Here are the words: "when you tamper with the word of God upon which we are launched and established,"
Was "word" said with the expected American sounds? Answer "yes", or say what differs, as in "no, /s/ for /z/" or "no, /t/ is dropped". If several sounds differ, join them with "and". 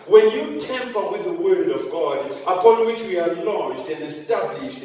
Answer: yes